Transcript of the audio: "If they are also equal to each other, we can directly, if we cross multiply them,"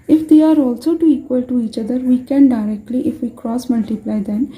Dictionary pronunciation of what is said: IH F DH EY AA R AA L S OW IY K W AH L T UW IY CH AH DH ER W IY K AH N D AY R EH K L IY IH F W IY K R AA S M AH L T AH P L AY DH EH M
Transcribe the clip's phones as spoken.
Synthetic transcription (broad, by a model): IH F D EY AA R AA L S OW IY K W AH L T UW IY CH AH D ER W IY K AH N D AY R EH K L IY IH F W IY K R AA S M AH L T AH P L AY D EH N